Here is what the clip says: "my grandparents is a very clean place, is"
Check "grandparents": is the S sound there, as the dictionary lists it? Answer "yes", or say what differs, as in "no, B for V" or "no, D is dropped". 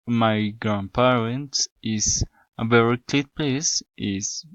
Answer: no, S is dropped